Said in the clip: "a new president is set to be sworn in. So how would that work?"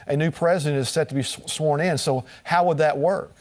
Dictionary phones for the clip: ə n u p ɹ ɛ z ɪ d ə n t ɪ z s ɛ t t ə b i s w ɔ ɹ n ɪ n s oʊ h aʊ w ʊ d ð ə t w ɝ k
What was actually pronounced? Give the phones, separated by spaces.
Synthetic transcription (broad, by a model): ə n u p ɹ ɛ z ɪ d ə n t ɪ z s ɛ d t ə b i s w ɔ ɹ n ɪ n s oʊ h aʊ w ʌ d ð ə t w ɝ k